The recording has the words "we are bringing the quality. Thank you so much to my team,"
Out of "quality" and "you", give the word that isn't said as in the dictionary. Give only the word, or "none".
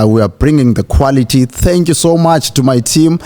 none